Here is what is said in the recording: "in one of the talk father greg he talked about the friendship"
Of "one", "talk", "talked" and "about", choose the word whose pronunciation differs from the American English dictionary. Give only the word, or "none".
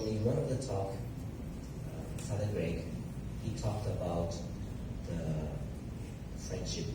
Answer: one